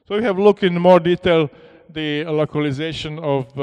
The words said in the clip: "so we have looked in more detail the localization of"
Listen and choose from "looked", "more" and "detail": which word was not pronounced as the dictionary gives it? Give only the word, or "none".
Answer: none